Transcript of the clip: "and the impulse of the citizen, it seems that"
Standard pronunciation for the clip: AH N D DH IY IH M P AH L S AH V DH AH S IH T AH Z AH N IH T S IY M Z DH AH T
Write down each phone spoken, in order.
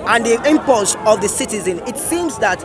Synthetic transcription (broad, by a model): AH N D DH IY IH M P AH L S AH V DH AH S IH T AH Z AH N IH T S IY M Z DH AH T